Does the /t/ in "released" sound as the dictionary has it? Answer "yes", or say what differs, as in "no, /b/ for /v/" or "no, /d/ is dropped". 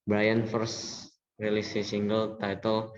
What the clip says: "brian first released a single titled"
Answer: no, /t/ is dropped